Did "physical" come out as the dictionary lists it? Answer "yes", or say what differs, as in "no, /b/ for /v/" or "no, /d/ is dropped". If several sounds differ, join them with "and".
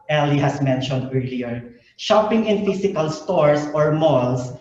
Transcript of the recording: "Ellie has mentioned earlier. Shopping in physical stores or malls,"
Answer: no, /s/ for /z/